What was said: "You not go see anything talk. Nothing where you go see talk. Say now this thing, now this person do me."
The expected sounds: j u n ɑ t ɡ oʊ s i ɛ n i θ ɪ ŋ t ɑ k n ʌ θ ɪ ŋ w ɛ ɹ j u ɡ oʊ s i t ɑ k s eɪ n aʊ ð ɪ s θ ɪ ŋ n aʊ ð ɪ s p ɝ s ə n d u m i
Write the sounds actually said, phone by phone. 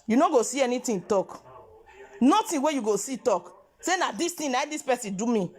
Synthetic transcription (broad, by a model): j u n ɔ ɡ oʊ s i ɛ n i t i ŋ t ɑ k n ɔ t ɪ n w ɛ j u ɡ oʊ s i t ɑ k s eɪ n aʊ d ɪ s t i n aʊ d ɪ s p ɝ s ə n d u m i